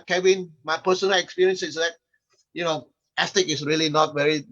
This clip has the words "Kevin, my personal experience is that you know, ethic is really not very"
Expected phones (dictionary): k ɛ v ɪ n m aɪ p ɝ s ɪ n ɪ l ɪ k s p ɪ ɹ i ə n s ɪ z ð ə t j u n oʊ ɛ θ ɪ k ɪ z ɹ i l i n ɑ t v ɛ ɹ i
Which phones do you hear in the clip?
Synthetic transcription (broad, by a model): k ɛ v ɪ n m aɪ p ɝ s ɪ n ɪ l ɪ k s p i ɹ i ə n s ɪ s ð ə t j u n oʊ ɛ s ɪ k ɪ s ɹ i l i n ɑ t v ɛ ɹ i